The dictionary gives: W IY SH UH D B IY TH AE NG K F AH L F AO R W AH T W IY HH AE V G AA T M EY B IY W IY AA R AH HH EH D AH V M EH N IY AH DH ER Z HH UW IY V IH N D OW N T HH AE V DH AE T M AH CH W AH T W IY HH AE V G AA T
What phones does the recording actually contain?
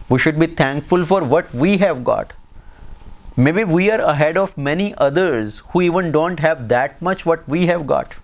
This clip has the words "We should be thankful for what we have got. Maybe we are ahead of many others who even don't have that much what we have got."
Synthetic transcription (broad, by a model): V IY SH UH D B IY T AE NG K F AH L F AO R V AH T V IY HH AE V G AA T M EY B IY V IY AA R AH HH EH D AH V M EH N IY AH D ER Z HH UW IY V IH N D OW N T HH AE V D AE T M AH CH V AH T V IY HH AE V G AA T